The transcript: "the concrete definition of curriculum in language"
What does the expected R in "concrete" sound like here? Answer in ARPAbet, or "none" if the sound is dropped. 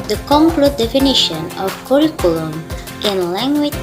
L